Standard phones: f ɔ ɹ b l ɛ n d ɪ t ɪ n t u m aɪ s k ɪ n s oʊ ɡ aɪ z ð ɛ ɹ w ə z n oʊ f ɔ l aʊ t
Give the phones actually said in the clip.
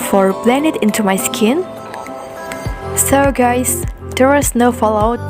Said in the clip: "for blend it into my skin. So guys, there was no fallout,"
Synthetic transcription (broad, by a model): f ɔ ɹ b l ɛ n ɪ t ɪ n t u m aɪ s k ɪ n s oʊ ɡ aɪ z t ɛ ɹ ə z n oʊ f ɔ l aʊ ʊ